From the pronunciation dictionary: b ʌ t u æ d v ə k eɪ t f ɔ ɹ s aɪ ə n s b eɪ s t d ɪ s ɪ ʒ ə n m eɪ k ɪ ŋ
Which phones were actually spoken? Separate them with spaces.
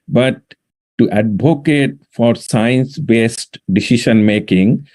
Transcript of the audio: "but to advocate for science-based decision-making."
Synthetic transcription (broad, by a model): b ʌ t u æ d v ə k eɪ t f ɔ ɹ s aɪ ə n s b eɪ s t d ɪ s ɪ ʃ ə n m eɪ k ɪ ŋ